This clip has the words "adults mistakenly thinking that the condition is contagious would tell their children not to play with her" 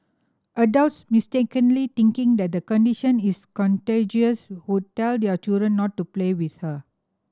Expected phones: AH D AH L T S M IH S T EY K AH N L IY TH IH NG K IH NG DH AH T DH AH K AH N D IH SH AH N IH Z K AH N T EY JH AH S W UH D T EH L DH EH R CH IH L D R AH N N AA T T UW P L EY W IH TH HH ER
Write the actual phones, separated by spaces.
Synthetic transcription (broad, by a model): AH D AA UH T S M IH S T EY K AH N L IY T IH NG K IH NG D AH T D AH K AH N D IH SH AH N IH S K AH N T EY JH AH S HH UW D T EH L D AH CH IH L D R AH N N AA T T UW P L EY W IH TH HH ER